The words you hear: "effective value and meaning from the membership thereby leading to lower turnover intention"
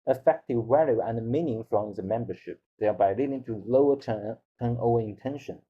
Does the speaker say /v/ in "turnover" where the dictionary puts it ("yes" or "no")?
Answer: no